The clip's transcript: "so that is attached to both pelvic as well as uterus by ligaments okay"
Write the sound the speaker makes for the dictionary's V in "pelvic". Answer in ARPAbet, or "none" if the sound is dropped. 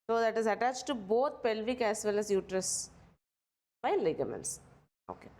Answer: V